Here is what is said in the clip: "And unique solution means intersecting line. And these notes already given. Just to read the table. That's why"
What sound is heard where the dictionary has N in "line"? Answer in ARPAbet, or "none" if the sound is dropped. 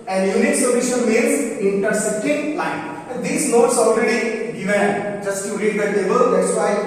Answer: none